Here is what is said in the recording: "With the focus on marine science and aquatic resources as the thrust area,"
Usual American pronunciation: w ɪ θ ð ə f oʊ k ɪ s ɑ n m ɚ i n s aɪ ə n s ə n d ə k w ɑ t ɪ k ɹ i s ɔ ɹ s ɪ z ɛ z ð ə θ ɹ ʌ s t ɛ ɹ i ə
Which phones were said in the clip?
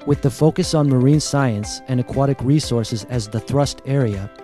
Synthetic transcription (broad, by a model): w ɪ ð ə f oʊ k ɪ s n m ɚ i n s aɪ ə n s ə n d ə k w ɑ t ɪ k ɹ i s ɔ ɹ s ɪ z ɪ z ð ə θ ɹ ʌ s t ɛ ɹ i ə